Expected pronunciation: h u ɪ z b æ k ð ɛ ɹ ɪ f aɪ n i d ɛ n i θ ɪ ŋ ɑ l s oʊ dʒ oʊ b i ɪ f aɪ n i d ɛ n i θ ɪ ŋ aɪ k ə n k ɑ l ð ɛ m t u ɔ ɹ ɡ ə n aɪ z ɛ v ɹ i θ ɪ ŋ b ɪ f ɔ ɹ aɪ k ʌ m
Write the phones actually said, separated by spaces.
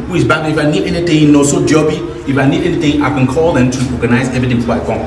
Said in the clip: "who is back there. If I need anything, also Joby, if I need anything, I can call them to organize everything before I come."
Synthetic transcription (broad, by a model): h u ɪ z b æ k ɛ ɪ f aɪ n i d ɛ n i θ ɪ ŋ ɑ s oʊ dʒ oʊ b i ɪ f aɪ n i d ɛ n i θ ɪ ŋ aɪ k ə n k ɑ l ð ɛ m t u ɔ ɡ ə n aɪ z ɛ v i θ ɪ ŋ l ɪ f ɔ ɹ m